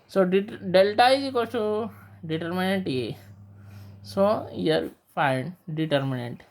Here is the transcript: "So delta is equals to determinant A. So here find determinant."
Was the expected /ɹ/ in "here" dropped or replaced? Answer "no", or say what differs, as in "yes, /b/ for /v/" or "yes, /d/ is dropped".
yes, /l/ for /ɹ/